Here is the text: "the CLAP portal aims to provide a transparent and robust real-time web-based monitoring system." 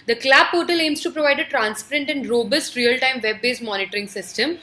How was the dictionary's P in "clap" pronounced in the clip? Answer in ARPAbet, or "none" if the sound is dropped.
B